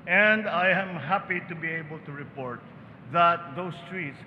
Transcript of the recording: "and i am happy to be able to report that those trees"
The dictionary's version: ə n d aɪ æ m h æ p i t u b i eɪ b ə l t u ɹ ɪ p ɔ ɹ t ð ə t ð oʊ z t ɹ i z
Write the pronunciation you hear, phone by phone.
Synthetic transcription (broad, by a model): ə n d aɪ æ m h æ p i t u b i eɪ b ə l t u ɹ ɪ p ɔ ɹ t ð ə t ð oʊ s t ɹ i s